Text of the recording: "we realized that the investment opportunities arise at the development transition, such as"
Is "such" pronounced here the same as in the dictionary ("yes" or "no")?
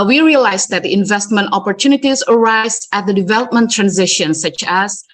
yes